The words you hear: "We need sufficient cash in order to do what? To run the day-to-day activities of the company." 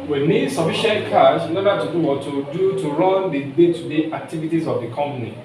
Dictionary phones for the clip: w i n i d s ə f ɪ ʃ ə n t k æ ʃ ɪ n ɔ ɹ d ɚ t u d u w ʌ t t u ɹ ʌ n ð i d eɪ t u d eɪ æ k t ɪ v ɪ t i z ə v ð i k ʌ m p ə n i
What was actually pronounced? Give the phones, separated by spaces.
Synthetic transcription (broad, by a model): w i n i d s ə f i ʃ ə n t k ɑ s ɪ n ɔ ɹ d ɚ t u d u w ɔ t t u ɹ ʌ n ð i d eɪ t u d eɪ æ k t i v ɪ t i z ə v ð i k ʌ m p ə n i